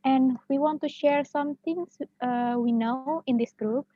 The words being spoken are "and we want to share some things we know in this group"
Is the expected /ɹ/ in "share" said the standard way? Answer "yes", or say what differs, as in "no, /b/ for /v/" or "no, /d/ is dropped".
yes